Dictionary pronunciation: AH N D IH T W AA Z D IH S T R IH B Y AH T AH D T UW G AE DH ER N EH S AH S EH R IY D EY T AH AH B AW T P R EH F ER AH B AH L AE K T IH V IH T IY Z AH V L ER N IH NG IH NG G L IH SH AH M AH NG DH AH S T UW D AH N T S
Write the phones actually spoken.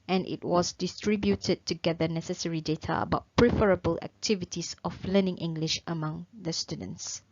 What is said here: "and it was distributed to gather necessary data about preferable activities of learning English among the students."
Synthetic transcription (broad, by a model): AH N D IH T W AA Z D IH S T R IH B Y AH T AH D T UW G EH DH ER N EH S AH S EH R IY D EY T AH AH B AW T P R EH F ER AH B AH L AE K T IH V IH T IY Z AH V L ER N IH NG IH NG G L IH SH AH M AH NG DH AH S T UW D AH N T S